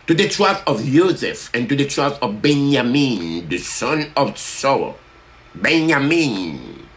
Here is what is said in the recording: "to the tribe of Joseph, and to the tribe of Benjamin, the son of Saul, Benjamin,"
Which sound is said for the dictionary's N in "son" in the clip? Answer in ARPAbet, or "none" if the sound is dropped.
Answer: N